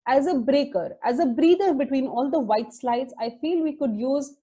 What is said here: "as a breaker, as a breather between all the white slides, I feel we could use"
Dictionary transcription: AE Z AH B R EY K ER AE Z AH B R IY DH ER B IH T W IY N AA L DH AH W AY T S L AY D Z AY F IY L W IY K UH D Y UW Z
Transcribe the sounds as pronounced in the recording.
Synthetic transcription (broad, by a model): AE Z AH B R EY K ER AE Z AH B R IY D ER B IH T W IY N AA L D AH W AY T S L AY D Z AY F IY L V IY K UH D Y UW Z